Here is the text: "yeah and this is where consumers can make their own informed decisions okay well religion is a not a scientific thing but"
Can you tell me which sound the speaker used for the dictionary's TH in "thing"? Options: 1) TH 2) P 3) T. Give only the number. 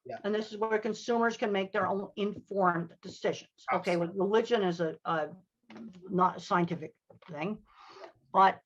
1